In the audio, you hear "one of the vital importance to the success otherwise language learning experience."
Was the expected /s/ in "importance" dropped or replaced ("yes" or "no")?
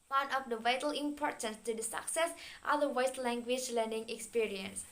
no